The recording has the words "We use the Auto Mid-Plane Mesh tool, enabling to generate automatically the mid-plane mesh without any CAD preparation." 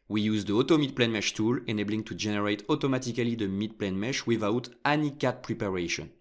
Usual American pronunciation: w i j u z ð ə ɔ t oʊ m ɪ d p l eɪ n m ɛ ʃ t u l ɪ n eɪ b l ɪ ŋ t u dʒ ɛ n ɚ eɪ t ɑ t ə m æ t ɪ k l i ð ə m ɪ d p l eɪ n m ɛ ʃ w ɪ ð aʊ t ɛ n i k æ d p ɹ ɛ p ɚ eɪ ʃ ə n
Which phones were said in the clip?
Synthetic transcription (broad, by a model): w i j u z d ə ɔ t oʊ m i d p l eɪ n m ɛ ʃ t u l ɪ n eɪ b l ɪ ŋ t u dʒ ɛ n ɚ eɪ t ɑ t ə m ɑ t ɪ k l i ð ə m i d p l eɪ n m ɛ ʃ w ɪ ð aʊ t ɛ n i k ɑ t p ɹ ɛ p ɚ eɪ ʃ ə n